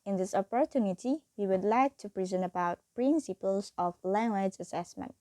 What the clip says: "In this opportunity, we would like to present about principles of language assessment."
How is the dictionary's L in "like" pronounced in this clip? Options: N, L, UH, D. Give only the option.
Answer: L